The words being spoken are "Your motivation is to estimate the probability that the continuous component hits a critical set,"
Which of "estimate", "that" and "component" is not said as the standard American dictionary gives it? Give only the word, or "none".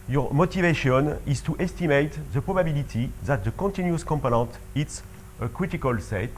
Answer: none